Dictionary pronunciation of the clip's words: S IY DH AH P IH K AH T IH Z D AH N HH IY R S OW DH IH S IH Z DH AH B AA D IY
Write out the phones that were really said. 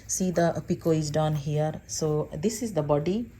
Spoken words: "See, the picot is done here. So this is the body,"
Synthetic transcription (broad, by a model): S IY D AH P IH K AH IH Z D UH N HH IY R S OW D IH S IH Z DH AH B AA D IY